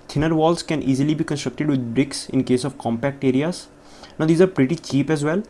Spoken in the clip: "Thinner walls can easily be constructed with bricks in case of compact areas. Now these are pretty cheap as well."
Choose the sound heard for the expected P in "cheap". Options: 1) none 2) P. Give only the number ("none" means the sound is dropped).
2